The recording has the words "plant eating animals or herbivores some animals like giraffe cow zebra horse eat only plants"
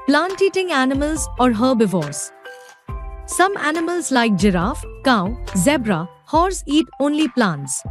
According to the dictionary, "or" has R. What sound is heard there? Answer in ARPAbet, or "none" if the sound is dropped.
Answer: R